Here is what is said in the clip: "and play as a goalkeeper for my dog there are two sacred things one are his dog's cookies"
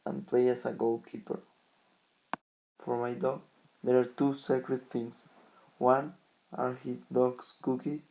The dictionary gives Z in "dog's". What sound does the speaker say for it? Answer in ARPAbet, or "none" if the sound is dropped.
S